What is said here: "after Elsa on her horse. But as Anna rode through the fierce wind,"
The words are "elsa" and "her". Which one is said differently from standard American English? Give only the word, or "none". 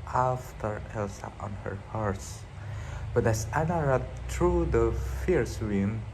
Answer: none